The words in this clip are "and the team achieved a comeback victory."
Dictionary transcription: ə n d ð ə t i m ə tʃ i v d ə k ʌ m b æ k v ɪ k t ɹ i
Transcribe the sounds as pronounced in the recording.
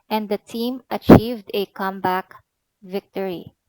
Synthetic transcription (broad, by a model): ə n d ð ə t i m ə tʃ i v d ə k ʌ m b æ k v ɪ k t ɹ i